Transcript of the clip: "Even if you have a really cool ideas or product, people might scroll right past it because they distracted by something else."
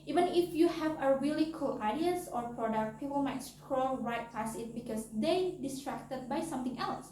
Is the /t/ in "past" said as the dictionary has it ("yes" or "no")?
no